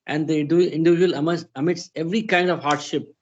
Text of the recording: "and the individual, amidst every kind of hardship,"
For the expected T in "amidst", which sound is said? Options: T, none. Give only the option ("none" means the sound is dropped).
none